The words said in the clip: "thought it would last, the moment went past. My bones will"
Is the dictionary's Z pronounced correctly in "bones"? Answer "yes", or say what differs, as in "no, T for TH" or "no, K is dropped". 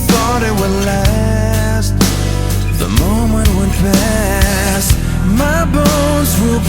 yes